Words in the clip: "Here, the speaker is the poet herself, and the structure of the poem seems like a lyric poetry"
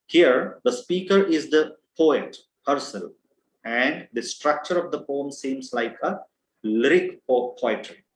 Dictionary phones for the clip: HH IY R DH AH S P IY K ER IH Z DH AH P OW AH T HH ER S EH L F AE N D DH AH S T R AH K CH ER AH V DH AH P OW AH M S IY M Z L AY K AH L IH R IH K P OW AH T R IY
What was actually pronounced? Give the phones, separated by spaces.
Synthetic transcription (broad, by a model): HH IY R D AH S P IY K ER IH Z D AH P OW AH T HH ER S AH L AE N D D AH S T R AH K CH ER AH V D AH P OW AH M S IY M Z L AY K AH L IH R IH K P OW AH T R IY